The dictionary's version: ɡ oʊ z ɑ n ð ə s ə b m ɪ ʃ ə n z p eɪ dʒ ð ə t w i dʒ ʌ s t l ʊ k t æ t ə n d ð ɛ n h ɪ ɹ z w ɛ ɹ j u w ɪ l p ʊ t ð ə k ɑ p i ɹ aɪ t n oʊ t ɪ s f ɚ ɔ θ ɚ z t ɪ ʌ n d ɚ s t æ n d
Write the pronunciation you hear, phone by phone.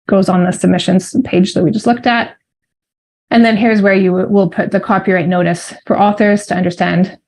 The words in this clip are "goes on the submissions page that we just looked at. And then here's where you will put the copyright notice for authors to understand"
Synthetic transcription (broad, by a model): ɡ oʊ z n ð ə s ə b m ɪ ʃ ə n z p eɪ dʒ ð ə t w i dʒ ʌ s t l ʊ k t æ t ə n ð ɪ n h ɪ ɹ z w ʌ ɹ j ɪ w ɪ l p ʊ t ð ə k ɑ p i ɹ aɪ t n oʊ t ɪ s f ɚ ɔ θ ɚ z t ɪ ʌ n d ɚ s t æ n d